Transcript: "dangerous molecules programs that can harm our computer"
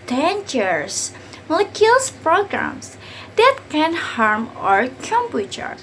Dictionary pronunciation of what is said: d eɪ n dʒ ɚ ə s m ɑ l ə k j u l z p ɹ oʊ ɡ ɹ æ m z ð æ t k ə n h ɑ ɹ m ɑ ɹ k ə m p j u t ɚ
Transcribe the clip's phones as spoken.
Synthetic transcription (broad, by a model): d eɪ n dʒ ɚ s m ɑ l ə k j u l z p ɹ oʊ ɡ ɹ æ m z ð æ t k ə n h ɑ ɹ m ɑ ɹ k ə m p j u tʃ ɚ